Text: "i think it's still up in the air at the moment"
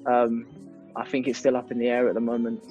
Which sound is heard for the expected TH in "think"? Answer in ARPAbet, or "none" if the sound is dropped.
TH